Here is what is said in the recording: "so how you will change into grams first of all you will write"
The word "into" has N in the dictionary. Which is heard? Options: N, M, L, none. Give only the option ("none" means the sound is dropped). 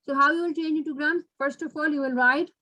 none